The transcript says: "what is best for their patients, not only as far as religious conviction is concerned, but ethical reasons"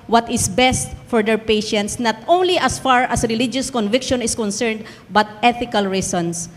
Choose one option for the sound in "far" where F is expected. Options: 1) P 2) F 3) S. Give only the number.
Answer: 2